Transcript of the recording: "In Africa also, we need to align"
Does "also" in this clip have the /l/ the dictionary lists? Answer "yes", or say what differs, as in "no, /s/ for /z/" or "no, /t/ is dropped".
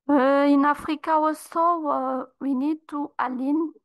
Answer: no, /l/ is dropped